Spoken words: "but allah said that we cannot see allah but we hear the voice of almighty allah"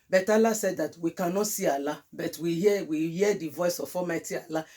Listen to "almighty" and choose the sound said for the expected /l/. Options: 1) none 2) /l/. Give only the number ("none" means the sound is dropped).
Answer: 1